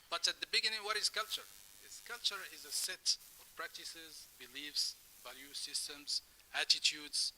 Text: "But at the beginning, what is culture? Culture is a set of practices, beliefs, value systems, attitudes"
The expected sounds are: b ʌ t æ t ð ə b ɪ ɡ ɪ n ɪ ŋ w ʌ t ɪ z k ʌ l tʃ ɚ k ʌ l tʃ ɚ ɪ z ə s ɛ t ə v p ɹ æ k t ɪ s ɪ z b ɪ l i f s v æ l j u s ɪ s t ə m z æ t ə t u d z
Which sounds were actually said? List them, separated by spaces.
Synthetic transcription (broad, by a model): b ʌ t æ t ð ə b ɪ ɡ ɪ n ɪ ŋ w ʌ t ɪ z k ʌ l tʃ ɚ k ʌ l tʃ ɚ ɪ z ə s ɛ t ə v p ɹ æ k t ɪ s ɪ z b ɪ l i f s v æ l j u s ɪ s t ə m z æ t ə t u d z